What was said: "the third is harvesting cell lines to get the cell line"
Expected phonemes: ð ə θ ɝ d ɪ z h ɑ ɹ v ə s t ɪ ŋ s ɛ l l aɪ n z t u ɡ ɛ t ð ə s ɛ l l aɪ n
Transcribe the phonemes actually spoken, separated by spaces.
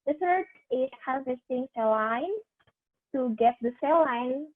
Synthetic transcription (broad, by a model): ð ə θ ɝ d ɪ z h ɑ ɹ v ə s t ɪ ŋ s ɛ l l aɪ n t u ɡ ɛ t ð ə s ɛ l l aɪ n